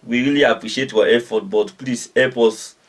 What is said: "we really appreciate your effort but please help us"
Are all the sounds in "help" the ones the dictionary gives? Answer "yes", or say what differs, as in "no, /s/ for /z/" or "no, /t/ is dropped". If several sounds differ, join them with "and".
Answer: no, /l/ is dropped